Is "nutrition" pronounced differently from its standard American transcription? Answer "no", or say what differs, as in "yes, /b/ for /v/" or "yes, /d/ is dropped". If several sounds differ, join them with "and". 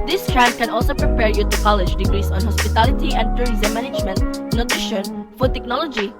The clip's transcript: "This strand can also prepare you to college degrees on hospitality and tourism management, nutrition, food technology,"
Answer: no